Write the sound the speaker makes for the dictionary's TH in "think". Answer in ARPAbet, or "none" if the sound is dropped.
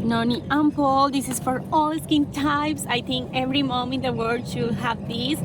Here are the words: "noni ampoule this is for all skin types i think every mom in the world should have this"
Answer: T